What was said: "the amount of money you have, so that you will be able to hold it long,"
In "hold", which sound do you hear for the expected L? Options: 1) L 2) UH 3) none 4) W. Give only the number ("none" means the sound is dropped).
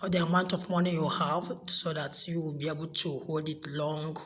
1